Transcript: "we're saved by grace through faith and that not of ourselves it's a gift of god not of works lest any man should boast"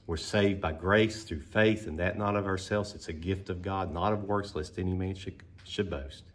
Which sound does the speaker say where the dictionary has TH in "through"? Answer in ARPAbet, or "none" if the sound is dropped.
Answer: TH